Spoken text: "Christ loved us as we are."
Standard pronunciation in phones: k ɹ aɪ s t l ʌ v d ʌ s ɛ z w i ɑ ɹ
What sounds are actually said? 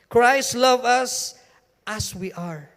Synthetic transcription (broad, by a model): k ɹ aɪ s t l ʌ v ʌ s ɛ s w i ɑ ɹ